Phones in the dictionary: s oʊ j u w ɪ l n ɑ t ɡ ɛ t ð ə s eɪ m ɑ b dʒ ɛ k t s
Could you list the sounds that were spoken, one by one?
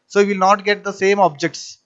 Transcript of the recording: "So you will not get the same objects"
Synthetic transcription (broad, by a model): s oʊ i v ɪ l n ɑ t ɡ ɛ t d ə s eɪ m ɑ b dʒ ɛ k t s